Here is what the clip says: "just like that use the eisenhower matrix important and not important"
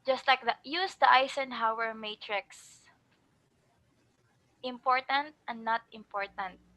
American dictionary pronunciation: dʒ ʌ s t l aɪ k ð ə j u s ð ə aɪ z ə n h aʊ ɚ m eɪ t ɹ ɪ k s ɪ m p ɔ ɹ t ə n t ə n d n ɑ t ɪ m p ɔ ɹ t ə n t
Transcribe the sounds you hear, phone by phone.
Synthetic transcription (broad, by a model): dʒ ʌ s t l aɪ k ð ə j u s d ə aɪ s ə n h aʊ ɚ m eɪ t ɹ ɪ k s ɪ m p ɔ ɹ t ə n t ə n d n ɑ t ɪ m p ɔ ɹ t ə n t